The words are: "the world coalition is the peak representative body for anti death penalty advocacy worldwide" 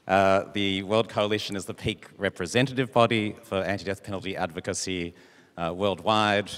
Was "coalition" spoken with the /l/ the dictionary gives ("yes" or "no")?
yes